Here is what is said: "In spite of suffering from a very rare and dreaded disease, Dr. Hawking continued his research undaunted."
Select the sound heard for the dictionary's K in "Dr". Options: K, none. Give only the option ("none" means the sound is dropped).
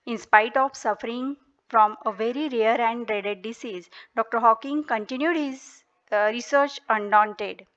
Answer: K